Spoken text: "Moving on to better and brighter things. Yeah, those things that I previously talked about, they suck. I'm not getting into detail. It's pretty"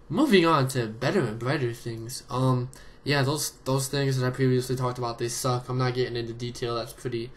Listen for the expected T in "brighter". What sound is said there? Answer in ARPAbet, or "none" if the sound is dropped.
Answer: T